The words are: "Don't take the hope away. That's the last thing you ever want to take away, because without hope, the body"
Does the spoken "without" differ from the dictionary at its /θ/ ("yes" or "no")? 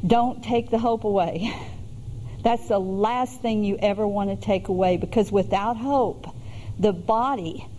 no